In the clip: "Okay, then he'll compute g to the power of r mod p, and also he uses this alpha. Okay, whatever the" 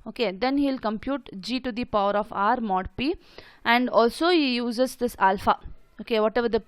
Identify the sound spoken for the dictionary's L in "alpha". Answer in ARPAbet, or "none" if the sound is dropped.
L